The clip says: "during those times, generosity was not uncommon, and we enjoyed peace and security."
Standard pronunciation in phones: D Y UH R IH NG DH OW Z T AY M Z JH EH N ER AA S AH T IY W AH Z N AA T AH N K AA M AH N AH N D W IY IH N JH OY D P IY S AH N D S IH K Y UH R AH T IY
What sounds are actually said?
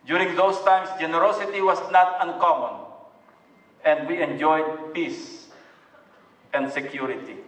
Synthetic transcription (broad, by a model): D Y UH R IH NG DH OW S T AY M S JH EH N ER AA S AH T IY W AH S N AA T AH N K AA M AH N AH N D W IY IH N JH OY D P IY S AH N D S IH K Y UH R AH T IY